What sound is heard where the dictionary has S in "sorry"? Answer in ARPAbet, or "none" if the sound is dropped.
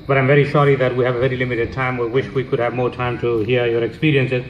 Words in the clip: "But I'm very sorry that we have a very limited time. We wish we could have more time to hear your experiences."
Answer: SH